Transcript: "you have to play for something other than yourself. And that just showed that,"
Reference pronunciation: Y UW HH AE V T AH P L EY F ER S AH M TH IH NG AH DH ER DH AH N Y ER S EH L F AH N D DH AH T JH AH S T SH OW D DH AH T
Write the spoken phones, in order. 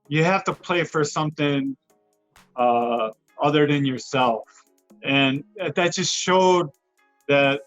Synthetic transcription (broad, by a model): Y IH HH AE F T AH P L EY F ER S AH M TH IH NG AH DH ER DH AH N Y ER S EH L F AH N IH DH AH T JH AH S T SH OW D DH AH T